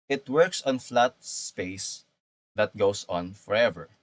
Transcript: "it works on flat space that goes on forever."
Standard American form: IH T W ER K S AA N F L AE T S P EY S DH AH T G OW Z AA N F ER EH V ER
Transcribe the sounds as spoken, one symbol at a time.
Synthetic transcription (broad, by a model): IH T W ER K S AA N F L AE T S P EY S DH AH T G OW S AA N F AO EH V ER